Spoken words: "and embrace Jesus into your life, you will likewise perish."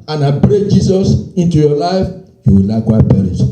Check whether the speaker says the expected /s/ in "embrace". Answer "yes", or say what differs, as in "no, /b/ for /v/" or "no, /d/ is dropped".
no, /s/ is dropped